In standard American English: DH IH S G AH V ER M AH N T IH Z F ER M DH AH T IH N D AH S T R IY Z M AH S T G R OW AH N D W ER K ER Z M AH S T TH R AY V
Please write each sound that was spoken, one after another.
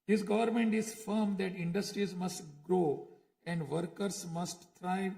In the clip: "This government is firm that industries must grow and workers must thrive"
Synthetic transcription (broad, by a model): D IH S G AH V ER M AH N T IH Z F ER M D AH T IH N D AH S T R IY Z M AH S T G R OW AH N D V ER K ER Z M AH S T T R AY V